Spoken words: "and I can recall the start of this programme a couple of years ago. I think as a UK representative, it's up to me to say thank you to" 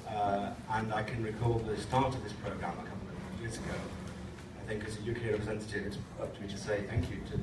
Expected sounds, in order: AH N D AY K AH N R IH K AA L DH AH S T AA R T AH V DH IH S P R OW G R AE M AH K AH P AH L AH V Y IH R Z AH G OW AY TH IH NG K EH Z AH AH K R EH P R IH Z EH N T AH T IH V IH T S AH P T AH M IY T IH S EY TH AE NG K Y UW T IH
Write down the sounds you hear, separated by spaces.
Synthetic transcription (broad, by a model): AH N AY K AH N R IH K AA L DH AH S T AA R T AH V DH IH S P R OW G R AE M AH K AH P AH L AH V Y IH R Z AH G OW AY TH IH NG K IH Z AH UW K R EH P R IH Z EH N T AH T IH V IH T S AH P T AH M IY T IH S EY TH AE NG K Y UW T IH